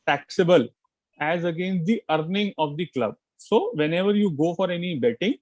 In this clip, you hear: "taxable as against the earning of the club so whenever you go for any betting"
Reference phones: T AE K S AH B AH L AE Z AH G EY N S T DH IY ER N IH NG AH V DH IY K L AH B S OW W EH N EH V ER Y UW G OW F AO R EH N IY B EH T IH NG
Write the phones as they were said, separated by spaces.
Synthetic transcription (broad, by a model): T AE K S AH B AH L AE Z AH G EY N S T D IY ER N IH NG AH V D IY K L AH B S OW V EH N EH V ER Y UW G OW F AO R EH N IY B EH T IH NG